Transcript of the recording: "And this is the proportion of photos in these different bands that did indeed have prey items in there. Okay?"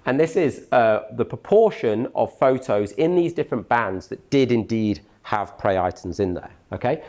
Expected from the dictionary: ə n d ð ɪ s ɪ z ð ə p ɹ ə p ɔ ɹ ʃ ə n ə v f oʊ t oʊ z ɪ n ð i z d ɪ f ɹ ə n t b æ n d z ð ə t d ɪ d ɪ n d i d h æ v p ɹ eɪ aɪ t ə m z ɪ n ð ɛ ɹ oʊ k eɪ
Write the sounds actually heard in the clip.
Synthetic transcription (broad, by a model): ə n ð ɪ s ɪ z ð ə p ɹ ə p ɔ ʃ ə n ə v f oʊ t oʊ z ɪ n ð i z d ɪ f ɹ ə n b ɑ n d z ð ə t d ɪ d ɪ n d i d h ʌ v p ɹ eɪ aɪ t ə m z ɪ n ð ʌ oʊ k eɪ